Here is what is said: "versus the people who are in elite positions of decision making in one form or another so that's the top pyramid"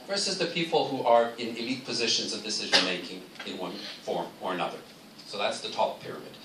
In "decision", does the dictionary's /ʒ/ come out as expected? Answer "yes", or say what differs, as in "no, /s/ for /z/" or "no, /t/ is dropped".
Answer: yes